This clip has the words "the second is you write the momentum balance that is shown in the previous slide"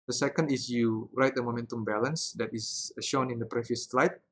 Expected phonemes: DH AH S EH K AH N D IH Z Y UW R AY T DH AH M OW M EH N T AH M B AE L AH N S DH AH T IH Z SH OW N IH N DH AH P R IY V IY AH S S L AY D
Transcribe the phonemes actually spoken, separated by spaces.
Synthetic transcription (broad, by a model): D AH S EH K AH N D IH S Y UW R AY T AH M OW M EH N T AH M B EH L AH N S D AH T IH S SH OW N IH N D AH P R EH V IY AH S S L AY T